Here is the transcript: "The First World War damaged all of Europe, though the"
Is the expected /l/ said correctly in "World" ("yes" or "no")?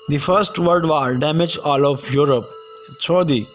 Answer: no